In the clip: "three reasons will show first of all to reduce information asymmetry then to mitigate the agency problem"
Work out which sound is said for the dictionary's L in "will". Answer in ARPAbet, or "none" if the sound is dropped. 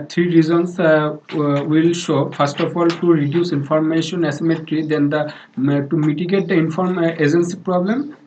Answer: L